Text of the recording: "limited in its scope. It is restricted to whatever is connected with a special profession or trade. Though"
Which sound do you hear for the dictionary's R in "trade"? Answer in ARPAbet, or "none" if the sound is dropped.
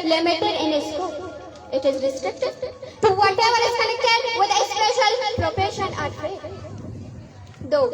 none